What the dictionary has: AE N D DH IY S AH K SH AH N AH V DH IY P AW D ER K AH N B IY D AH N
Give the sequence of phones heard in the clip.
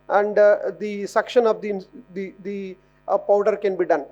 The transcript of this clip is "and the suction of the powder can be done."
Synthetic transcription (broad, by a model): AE N D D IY S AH K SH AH N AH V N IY P AW D ER K AH N B IY D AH N